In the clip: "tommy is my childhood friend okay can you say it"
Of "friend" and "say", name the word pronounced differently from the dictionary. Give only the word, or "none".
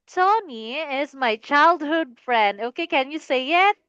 none